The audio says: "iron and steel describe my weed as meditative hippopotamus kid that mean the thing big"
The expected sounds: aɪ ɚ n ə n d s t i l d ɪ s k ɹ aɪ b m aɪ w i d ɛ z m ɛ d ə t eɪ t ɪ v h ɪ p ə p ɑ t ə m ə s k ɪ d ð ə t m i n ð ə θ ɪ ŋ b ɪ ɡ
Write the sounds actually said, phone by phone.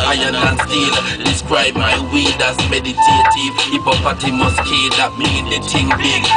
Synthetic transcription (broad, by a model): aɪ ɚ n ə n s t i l d ɪ s k ɹ aɪ b m aɪ w i d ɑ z m ɛ d ə t eɪ t ɪ v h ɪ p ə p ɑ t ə m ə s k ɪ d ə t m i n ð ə t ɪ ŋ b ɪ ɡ